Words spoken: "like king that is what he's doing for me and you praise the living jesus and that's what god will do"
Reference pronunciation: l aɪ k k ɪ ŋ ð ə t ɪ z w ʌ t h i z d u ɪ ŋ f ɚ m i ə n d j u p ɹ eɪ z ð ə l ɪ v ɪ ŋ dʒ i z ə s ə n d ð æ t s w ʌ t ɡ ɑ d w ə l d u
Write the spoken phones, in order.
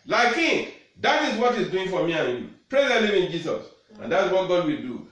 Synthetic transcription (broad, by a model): l aɪ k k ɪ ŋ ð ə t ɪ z w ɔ t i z d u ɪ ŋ f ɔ m i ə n j u p ɹ eɪ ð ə n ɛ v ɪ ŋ dʒ i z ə s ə n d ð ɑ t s w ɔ t ɡ ɑ d w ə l d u